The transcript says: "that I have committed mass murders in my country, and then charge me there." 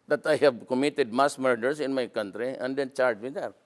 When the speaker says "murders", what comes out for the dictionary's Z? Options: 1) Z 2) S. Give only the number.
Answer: 2